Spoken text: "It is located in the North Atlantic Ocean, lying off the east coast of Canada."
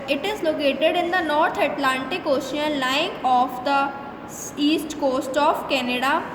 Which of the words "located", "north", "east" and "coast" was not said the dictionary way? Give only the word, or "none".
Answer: north